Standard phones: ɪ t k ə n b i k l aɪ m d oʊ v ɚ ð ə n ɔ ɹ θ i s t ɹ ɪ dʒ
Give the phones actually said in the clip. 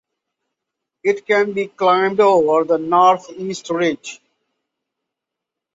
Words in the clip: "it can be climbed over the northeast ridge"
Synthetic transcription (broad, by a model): ɪ t k ə n b i k l aɪ m d oʊ v ɚ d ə n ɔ ɹ t i s t ɹ ɪ dʒ